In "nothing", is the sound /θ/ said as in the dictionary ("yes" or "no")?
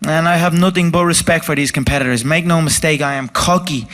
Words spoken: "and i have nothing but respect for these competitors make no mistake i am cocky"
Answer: yes